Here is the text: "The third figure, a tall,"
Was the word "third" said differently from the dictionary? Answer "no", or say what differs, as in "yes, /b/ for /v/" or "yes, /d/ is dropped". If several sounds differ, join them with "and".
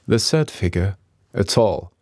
yes, /s/ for /θ/